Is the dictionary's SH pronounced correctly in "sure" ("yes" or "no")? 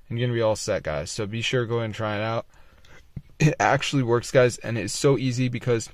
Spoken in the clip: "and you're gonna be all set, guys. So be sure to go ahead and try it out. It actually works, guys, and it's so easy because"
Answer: yes